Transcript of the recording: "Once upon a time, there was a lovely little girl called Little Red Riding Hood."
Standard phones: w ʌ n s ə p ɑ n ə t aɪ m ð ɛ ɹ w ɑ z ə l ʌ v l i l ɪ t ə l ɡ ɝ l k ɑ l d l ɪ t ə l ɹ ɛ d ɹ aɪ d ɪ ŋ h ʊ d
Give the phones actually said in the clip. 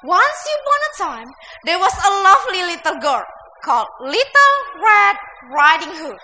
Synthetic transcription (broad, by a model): w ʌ n s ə b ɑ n ə t aɪ m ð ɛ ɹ w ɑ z ə l ʌ v l i l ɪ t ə l ɡ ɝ k ɑ l d l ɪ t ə l ɹ ɛ d ɹ aɪ d ɪ ŋ h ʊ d